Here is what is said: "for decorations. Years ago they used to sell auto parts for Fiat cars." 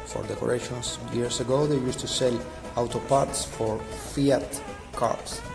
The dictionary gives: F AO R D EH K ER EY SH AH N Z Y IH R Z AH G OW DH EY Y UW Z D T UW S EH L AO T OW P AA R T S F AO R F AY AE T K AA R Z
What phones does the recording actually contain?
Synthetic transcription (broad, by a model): F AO R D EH K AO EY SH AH N S Y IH R S AH G OW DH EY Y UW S T UW S EH L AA T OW P AA R T S F AO R F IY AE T K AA R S